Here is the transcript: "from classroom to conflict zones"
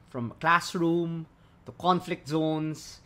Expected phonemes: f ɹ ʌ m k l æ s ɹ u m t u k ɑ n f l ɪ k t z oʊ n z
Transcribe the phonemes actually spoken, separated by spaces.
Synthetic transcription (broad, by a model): f ɹ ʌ m k l æ s ɹ u m t u k ɑ n f l ɪ k t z oʊ n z